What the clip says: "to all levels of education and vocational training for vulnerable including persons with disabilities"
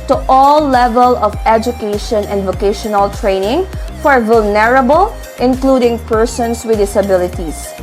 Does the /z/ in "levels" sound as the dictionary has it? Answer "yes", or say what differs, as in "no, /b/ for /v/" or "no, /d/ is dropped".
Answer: no, /z/ is dropped